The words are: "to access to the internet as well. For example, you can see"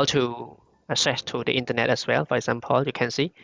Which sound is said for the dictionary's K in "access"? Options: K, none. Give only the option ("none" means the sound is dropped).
none